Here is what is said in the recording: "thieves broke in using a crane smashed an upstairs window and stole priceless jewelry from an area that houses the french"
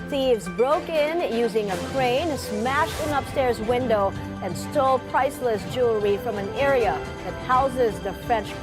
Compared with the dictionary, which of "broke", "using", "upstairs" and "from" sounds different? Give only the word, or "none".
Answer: none